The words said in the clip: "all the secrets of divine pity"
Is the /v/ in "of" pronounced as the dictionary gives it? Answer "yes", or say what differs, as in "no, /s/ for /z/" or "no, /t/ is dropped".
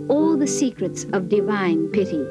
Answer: yes